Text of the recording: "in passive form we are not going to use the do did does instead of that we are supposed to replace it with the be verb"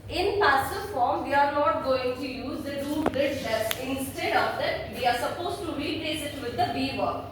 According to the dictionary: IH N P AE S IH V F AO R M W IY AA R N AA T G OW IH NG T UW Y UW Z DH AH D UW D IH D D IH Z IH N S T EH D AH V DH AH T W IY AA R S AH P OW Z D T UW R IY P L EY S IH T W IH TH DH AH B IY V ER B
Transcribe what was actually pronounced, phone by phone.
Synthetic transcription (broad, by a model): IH N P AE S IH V F AO R M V IY AA R N AA T G OW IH NG T UW Y UW Z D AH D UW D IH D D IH S IH N S T EH D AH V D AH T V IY AA R S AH P OW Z T UW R IY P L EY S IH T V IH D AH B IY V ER